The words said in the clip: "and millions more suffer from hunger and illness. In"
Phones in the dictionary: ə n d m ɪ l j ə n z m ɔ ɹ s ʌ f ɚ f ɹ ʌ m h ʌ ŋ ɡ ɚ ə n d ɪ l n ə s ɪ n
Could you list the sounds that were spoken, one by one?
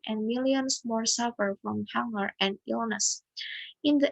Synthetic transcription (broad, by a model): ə n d m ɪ l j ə n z m ɔ ɹ s ʌ f ɚ f ɹ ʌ m h ʌ ŋ ɡ ɚ ə n d ɪ l n ə s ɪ n